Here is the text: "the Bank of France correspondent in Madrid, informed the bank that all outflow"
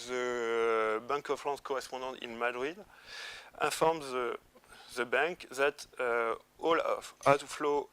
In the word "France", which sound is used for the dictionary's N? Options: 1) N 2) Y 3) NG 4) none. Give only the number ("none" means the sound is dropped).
4